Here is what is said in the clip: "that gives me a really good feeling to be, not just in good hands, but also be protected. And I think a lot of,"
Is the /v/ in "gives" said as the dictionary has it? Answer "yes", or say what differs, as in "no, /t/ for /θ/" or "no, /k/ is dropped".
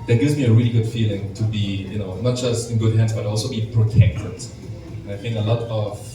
yes